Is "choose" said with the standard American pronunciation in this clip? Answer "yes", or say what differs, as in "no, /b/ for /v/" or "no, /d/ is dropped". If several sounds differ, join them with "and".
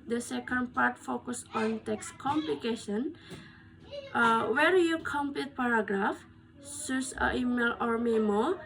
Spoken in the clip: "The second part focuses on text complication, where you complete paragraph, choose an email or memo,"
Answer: no, /s/ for /tʃ/ and /s/ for /z/